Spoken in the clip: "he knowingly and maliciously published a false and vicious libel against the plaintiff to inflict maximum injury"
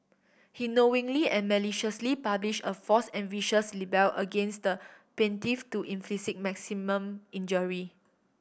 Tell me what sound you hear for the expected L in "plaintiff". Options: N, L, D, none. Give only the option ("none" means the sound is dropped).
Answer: none